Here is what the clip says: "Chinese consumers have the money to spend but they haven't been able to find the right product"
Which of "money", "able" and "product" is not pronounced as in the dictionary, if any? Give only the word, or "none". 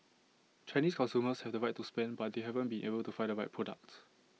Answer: money